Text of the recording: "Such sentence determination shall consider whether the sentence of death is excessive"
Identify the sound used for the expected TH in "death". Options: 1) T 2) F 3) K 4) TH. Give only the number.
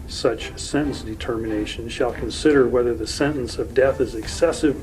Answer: 4